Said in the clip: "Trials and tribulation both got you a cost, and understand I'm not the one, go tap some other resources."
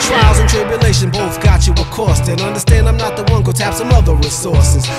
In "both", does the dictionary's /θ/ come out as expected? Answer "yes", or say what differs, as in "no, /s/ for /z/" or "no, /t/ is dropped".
yes